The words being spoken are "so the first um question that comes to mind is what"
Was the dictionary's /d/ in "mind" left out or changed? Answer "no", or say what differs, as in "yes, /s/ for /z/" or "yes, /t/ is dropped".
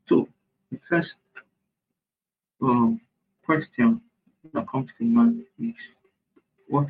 yes, /d/ is dropped